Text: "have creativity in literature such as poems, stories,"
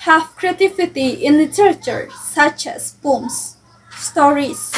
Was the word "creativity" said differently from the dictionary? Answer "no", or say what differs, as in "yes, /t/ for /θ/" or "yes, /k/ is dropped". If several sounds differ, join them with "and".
yes, /f/ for /v/